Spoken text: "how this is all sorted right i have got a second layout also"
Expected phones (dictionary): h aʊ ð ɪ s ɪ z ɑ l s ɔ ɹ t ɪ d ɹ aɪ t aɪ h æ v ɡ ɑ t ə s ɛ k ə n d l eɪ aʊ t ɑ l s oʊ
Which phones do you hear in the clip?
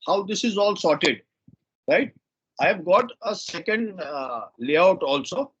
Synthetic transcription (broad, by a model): h aʊ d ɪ s ɪ z ɑ l s ɔ ɹ t ɪ d ɹ aɪ t aɪ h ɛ v ɡ ɑ t ə s ɛ k ə n d l eɪ aʊ t ɑ l s oʊ